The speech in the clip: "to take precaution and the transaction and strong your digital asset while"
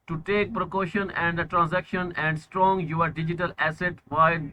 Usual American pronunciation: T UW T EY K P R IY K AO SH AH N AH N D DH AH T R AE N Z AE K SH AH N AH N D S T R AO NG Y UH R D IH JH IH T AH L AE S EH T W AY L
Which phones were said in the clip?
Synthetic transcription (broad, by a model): T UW T EY K P R IY K AO SH AH N AH N D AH T R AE N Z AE K SH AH N AH N D S T R AO NG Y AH R D IH JH IH T AH L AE S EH T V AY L